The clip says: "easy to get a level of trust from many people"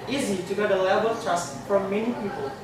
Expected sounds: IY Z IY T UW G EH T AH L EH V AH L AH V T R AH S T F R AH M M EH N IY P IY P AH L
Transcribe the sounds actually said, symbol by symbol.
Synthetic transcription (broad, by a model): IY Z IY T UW G EH T AH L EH B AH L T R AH S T F R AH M M EH N IY P IY P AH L